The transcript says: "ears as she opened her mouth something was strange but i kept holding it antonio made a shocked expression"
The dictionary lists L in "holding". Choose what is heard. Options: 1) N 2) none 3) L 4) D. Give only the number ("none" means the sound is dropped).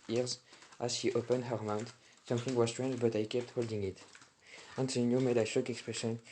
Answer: 3